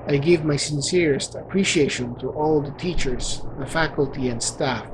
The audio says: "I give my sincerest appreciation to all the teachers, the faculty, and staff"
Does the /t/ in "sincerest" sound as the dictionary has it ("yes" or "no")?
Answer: yes